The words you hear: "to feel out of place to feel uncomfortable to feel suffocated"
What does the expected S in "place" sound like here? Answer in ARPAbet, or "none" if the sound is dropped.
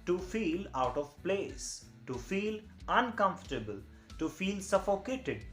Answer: S